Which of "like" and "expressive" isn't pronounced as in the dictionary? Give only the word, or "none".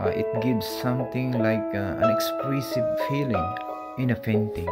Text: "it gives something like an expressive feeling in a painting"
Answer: expressive